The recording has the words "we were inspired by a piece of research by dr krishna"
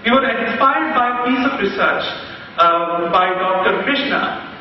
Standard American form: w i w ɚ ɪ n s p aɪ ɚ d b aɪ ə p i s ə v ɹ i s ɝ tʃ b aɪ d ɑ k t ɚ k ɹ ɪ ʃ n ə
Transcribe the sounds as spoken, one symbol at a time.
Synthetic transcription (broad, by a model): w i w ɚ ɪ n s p aɪ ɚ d b aɪ ə p i s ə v ɹ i s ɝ tʃ b aɪ d ɑ k t ɚ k ɹ ɪ ʃ n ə